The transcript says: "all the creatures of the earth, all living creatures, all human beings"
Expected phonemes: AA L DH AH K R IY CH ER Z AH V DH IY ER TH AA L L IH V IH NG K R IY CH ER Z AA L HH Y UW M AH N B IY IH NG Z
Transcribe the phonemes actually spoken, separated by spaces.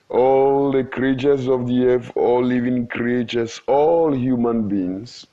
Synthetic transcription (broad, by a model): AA L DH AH K R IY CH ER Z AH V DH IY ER F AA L L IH V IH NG K R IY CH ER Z AA L HH Y UW M AH N B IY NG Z